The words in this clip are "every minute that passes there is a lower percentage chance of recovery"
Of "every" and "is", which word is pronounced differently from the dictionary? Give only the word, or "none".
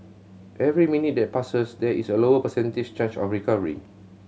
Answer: is